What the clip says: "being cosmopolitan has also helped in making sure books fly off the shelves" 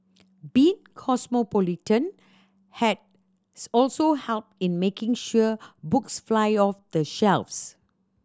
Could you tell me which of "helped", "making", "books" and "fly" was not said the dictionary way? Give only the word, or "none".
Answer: none